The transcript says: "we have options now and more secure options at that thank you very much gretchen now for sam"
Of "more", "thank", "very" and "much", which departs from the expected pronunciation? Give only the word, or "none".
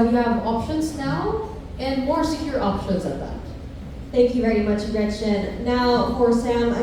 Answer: none